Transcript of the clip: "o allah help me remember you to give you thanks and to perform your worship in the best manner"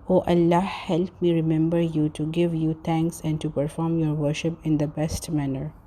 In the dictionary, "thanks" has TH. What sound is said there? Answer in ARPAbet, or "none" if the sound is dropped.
T